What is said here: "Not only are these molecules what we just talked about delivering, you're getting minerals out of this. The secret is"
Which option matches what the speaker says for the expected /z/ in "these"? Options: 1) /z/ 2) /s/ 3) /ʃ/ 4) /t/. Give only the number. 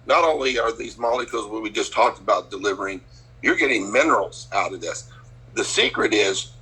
1